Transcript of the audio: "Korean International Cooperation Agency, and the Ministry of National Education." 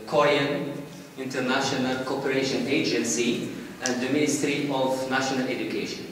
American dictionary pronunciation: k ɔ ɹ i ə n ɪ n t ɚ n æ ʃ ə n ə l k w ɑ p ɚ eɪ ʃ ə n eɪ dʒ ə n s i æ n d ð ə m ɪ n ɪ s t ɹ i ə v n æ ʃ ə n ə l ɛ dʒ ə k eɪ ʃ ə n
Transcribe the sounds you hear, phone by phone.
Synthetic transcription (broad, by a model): k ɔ ɹ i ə n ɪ n t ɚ n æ ʃ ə n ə l k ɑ p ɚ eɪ ʃ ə n eɪ dʒ ə n s i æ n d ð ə m ɪ n ɪ s t ɹ i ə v n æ ʃ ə n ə l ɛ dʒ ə k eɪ ʃ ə n